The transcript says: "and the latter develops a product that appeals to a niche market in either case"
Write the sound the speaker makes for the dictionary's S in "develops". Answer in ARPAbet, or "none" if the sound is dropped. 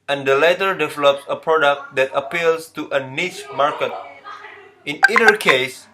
S